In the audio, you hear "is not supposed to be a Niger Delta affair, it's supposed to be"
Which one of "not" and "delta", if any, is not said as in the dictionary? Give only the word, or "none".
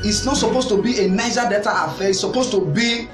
delta